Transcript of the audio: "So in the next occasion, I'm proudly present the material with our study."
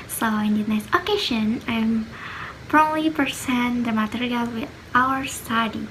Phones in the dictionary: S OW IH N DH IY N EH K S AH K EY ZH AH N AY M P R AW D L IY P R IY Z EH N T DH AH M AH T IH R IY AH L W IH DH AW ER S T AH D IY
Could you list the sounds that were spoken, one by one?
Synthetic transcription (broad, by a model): S OW IH N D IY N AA S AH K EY SH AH N AY M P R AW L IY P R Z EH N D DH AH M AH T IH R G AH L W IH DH AW ER S T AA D IY